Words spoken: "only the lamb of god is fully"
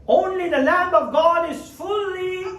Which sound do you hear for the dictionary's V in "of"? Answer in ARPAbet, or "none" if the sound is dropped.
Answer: V